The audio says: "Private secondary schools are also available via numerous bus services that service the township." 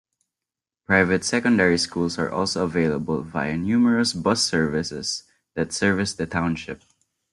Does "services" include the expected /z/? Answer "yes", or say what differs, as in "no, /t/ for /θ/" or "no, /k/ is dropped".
no, /s/ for /z/